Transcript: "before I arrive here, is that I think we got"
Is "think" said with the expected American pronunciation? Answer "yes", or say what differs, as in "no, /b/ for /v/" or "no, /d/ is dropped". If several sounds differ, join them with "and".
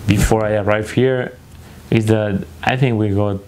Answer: yes